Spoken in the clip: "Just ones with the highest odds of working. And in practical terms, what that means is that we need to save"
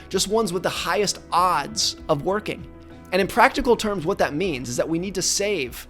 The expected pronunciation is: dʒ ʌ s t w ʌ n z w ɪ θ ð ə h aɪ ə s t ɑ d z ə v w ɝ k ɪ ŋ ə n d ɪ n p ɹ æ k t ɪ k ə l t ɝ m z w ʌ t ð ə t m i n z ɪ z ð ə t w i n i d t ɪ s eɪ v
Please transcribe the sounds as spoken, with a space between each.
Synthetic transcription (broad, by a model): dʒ ʌ s t w ʌ n z w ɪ ð ə h aɪ ə s t ɑ d z ə v w ɝ k ɪ ŋ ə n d ɪ n p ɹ æ k t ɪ k l t ɝ m z w ʌ t ð ə t m i n z ɪ z ð ə t w i n i d t ɪ s eɪ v